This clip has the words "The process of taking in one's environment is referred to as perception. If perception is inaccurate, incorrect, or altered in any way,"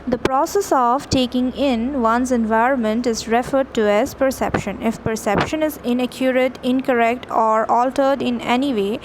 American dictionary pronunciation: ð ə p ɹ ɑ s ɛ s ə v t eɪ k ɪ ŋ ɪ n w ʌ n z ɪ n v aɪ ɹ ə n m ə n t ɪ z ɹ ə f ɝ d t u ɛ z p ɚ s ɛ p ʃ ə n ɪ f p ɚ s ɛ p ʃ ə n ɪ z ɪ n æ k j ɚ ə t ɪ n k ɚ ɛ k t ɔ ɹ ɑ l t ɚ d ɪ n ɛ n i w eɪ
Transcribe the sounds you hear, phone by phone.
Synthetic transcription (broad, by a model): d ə p ɹ ɑ s ɛ s ə v t eɪ k ɪ ŋ ɪ n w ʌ n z ɪ n v aɪ ɹ ə n m ə n t ɪ z ɹ ə f ɝ d t u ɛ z p ɚ s ɛ p ʃ ə n ɪ f p ɚ s ɛ p ʃ ə n ɪ z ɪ n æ k j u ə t ɪ n k ɚ ɛ k t ɔ ɹ ɑ l t ɚ d ɪ n ɛ n i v eɪ